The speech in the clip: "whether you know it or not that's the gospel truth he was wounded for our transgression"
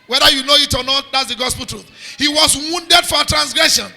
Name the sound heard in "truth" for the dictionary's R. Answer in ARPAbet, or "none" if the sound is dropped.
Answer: R